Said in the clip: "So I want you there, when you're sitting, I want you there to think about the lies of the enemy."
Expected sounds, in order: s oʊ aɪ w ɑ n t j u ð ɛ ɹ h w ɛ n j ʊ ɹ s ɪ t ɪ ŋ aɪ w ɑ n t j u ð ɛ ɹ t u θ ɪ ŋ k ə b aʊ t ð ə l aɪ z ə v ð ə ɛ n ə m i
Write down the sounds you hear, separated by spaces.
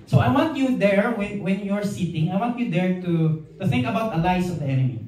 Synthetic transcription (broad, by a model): s oʊ aɪ w ɑ n t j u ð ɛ ɹ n w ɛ n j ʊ ɹ s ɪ t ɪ ŋ aɪ w ɑ n t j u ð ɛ ɹ t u θ ɪ ŋ k ə b aʊ t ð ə l aɪ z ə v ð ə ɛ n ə m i